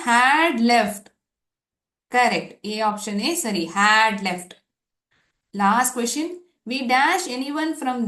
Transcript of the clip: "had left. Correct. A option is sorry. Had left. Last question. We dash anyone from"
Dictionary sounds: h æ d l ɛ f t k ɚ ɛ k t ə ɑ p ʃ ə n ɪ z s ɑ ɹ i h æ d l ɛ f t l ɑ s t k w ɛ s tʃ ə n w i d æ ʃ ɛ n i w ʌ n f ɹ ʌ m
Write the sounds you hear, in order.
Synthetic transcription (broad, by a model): h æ d l ɛ f t k ɚ ɛ k t ə ɑ p ʃ ə n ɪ s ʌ ɹ i h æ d l ɛ f t l ɑ s t k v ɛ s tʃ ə n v i d æ ʃ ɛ n i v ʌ n f ɹ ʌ m